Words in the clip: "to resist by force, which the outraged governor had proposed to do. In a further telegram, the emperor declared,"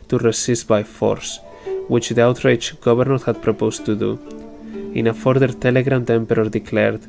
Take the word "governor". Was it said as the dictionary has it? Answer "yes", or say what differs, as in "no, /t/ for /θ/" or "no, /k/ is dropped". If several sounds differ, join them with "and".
no, /b/ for /v/